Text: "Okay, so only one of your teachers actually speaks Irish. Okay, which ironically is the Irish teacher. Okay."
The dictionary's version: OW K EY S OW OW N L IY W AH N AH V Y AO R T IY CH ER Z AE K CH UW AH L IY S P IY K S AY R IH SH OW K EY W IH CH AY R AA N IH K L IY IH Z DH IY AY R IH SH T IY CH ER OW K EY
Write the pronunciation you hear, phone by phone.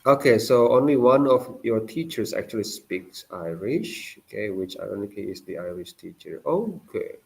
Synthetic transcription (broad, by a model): OW K EY S OW OW N L IY W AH N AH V Y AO T IY CH ER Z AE K CH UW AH L IY S P IY K S AY R IH SH OW K EY W IH CH AY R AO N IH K IY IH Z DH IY AY R IH SH T IY CH ER OW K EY